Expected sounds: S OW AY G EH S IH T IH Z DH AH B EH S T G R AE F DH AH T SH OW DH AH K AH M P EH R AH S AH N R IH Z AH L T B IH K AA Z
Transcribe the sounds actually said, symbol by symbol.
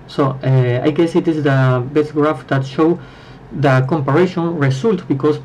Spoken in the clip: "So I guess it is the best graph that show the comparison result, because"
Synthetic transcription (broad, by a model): S OW AY G EH S IH T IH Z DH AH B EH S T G R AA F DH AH T SH OW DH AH K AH M P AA R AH SH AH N R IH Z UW L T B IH K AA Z